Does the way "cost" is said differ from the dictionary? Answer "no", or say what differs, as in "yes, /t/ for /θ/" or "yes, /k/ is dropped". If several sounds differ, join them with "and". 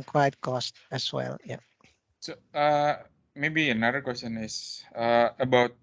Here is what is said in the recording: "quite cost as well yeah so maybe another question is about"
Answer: no